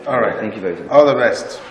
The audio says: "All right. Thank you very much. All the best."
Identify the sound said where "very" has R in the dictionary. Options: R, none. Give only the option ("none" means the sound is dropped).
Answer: none